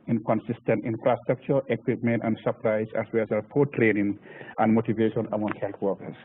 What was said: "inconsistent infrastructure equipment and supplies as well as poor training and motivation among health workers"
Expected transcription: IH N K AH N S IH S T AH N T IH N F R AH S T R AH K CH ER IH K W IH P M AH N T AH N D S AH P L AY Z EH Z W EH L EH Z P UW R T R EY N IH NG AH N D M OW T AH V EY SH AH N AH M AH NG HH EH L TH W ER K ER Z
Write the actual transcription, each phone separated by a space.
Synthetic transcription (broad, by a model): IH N K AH N S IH S T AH N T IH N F R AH S T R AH K CH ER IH K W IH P M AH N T AH N D S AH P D AY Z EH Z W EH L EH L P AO T R EY N IH NG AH N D M OW T AH V EY SH AH N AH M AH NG HH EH L T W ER K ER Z